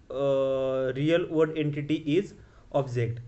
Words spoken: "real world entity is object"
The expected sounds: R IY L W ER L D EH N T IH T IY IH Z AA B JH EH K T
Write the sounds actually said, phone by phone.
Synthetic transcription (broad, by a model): R IY L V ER D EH N T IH T IY IH Z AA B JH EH K T